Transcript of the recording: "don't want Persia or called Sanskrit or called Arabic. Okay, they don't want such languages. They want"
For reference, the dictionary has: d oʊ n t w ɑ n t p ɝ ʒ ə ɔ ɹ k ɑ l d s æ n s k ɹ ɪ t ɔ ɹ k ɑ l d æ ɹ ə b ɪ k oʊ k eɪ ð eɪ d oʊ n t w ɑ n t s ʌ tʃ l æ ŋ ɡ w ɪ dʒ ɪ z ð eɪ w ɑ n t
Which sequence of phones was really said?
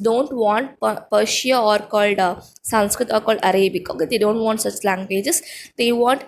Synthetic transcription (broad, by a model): d oʊ n t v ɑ n t p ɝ ʃ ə ɔ ɹ k ɑ l d s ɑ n s k ɹ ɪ t ɔ ɹ k ɑ l d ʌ ɹ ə b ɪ k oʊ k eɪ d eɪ d oʊ n t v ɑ n t s ʌ tʃ l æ ŋ ɡ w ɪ dʒ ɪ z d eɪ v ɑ n t